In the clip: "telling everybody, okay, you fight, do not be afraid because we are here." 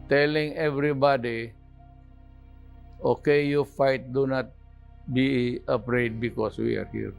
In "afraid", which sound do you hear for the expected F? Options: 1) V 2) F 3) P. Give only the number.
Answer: 3